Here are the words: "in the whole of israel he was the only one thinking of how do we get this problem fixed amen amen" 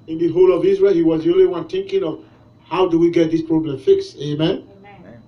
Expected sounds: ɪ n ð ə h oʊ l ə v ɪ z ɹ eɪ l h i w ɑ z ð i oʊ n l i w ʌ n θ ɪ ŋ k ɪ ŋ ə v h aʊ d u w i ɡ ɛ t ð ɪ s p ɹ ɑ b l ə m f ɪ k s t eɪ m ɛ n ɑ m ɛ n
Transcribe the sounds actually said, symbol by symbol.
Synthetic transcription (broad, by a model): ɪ n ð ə h oʊ l ə v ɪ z ɹ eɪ l h i w ɑ z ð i oʊ n l i w ʌ n θ ɪ ŋ k ɪ ŋ ə v h aʊ d u w i ɡ ɛ t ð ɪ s p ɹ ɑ b l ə m f ɪ k s t eɪ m m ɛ n